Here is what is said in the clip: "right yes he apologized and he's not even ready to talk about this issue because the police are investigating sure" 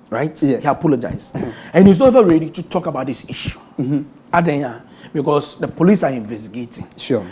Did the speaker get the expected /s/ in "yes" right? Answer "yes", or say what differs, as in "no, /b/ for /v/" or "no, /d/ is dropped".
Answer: no, /s/ is dropped